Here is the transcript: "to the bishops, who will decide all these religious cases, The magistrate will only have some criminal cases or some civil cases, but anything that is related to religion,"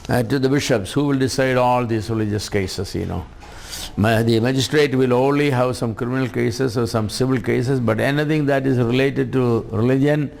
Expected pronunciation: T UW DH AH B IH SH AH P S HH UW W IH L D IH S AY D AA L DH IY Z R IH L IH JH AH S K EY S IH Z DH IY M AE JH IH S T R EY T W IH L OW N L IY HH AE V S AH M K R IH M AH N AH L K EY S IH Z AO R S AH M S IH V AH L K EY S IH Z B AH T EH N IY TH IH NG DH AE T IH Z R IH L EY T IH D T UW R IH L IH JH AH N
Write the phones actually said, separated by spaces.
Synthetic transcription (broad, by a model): T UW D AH B IH SH AH P S HH UW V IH L D IH S AY D AA L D IY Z R IH L IH JH AH S K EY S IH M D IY M AE JH IH S T R EY T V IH L OW N L IY HH AE V S AH M K R IH M AH N AH L K EY S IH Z AO R S AH M S IH V AH L K EY S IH S B AH T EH N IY T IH NG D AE T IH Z R IH L EY T IH D T UW R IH L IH JH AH N